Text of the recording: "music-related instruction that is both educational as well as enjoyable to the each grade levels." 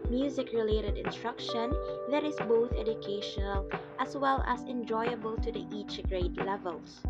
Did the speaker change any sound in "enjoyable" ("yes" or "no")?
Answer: no